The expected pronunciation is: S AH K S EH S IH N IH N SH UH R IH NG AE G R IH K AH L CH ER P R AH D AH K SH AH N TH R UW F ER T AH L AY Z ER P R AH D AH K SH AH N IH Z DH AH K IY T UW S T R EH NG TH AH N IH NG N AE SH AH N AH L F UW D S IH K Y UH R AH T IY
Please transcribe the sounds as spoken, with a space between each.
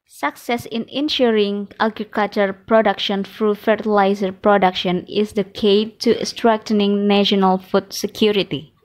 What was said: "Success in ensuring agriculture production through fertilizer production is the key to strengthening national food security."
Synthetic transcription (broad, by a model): S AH K S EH S IH N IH N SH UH R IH NG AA G R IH K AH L CH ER P R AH D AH K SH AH N F R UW F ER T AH L AY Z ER P R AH D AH K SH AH N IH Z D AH K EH T UW S T R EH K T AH N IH NG N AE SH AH N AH L F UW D S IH K Y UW R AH T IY